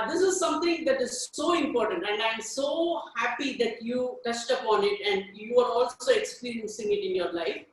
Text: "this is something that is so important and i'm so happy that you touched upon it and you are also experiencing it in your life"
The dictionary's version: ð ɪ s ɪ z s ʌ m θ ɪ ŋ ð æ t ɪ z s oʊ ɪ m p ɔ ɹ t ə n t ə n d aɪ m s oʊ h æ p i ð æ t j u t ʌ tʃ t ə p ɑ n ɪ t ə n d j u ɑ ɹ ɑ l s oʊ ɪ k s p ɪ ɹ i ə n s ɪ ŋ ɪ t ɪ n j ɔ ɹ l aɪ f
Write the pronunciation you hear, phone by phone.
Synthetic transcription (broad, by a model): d ɪ s ɪ z s ʌ m t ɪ ŋ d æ t ɪ z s oʊ ɪ m p ɔ ɹ t ə n t ə n d aɪ m s oʊ h æ p i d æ t j u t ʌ s t ə p ɑ n ɪ t ə n d j u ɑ ɹ ɑ l s oʊ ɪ k s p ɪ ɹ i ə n s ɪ ŋ ɪ t ɪ n j ɔ ɹ l aɪ f